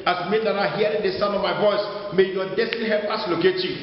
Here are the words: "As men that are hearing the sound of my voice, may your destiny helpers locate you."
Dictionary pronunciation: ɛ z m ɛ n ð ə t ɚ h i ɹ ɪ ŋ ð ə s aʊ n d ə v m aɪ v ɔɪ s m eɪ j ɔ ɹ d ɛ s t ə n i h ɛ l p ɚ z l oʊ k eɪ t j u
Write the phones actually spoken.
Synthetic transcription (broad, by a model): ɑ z m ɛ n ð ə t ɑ h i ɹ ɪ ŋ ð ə s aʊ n ə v m aɪ v ɔɪ s m eɪ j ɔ d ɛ s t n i h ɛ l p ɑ s l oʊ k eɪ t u